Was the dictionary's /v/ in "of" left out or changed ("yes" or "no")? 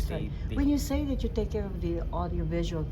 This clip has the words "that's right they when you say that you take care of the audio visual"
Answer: no